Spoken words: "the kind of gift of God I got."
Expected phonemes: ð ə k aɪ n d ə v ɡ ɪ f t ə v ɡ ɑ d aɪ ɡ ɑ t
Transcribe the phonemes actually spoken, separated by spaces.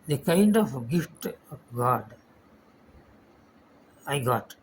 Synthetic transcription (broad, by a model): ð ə k aɪ n d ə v ɡ ɪ f t ɡ ɑ d aɪ ɡ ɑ t